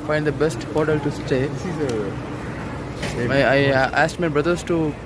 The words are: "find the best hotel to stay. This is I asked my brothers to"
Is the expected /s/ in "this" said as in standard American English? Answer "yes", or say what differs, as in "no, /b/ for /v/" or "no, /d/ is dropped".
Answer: no, /s/ is dropped